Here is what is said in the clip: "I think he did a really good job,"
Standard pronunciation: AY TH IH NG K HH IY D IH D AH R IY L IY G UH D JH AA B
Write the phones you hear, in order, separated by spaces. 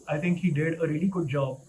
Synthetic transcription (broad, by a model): AY T IH NG K HH IY D IH D AH R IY L IY G UH D JH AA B